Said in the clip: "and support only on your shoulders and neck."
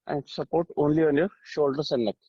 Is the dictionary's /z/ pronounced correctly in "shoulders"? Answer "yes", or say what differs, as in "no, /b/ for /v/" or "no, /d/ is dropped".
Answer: no, /s/ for /z/